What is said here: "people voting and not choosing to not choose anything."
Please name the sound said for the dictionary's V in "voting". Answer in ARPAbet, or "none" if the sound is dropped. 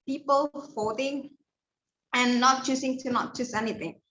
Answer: F